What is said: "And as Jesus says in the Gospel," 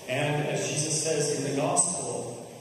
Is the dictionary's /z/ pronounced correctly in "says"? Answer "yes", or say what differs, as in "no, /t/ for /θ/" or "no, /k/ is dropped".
yes